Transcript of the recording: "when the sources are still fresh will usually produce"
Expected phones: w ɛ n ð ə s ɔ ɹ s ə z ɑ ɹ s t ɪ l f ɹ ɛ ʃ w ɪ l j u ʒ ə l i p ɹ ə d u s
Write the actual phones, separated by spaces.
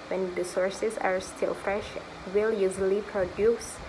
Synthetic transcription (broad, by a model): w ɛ n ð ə s ɔ ɹ s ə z ɑ ɹ s t ɪ l f ɹ ɛ ʃ w ɪ l j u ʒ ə l i p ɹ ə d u s